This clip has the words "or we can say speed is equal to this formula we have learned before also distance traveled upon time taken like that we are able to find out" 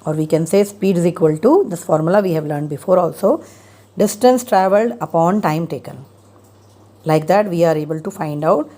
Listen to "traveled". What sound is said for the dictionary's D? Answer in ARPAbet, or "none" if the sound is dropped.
D